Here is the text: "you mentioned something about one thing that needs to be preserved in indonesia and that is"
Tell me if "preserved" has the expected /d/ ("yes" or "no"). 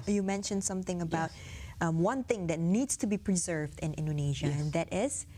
yes